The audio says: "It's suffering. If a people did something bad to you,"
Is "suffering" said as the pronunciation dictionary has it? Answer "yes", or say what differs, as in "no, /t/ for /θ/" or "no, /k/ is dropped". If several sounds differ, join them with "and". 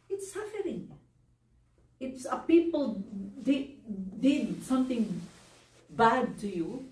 yes